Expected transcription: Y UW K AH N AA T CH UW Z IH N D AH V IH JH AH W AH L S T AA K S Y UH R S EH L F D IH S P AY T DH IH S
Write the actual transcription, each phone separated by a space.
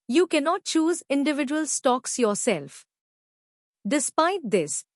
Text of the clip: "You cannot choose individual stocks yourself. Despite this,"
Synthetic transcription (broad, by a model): Y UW K AH N AA T CH UW Z IH N D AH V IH JH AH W AH L S T AA K S Y UH R S EH L F D IH S P AY T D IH S